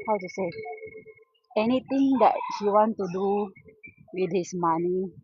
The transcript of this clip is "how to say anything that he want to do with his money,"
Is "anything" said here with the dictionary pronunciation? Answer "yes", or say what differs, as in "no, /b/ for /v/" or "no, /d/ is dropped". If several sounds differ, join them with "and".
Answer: no, /t/ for /θ/